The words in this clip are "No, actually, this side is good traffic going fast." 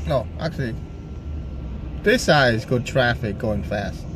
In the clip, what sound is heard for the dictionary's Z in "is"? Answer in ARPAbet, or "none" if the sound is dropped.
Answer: Z